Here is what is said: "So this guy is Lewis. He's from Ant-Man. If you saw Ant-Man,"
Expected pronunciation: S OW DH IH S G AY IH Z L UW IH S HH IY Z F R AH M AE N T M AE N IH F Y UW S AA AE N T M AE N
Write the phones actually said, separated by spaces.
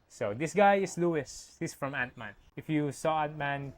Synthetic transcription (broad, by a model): S OW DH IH S G AY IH S L UW IH S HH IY S F R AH M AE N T M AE N IH F Y UW S AA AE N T M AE N